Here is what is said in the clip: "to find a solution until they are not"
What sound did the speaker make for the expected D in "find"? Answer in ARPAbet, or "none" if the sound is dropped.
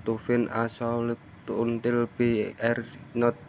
none